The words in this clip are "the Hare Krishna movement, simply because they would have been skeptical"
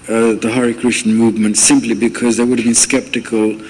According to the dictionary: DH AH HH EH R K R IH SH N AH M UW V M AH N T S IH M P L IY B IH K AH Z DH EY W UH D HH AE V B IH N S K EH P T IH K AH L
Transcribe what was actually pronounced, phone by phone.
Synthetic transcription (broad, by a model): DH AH HH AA R K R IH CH N M UW V M AH N T S IH M P L IY B IH K AH Z DH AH W UH D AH V B IH N S K EH P T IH K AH L